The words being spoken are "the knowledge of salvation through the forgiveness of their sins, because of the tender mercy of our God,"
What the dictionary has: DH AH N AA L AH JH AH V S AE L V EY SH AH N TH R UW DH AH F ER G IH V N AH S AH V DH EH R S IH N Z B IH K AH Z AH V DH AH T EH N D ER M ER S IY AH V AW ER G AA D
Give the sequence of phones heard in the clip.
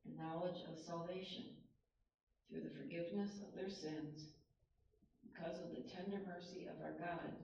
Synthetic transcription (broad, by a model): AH N AA L AH JH AH V S AE L V EY SH AH N TH R UW DH AH F ER G IH V N AH S AH V DH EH R S IH N Z B IH K AH Z AH V DH AH T EH N D ER M ER S IY AH V AW ER G AA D